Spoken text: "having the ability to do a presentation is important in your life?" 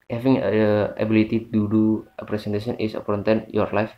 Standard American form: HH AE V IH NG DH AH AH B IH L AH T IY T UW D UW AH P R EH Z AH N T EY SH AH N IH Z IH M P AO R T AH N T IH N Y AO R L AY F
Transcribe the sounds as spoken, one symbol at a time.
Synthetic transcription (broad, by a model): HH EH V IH NG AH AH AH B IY L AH T IY T UW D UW AH P R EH S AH N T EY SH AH N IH S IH P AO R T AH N T IH N Y AO R L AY F